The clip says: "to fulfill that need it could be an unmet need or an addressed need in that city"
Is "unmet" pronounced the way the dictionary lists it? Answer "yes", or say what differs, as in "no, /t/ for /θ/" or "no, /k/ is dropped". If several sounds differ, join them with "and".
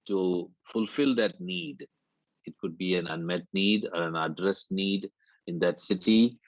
yes